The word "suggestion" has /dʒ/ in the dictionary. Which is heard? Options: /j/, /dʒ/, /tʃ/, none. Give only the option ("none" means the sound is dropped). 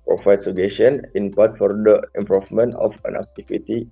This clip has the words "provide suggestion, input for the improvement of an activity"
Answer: none